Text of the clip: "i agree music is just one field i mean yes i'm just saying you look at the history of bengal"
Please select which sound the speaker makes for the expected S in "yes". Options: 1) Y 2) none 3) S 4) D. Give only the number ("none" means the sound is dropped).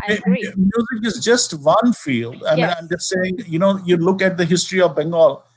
2